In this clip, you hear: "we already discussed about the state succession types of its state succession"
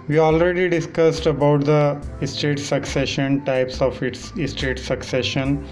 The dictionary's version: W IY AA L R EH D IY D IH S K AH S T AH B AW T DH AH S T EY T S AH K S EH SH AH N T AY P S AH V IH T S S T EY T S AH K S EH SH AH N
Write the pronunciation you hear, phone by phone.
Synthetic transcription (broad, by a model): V IY AA L R EH D IY D IH S K AH S T AH B AW T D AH S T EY T S AH K S EH SH AH N T AY P S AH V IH T S S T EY T S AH K S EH SH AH N